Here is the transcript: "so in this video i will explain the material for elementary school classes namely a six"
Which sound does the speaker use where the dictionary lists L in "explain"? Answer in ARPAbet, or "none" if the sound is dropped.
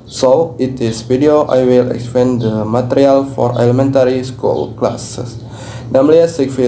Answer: none